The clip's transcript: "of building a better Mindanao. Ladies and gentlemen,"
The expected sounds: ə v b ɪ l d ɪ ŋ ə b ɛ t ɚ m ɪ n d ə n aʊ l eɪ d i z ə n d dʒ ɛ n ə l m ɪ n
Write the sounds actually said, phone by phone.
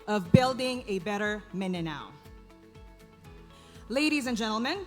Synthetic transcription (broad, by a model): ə v b ɪ l d ɪ ŋ ə b ɛ t ɚ m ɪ n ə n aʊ l eɪ d i z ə n dʒ ɛ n l m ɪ n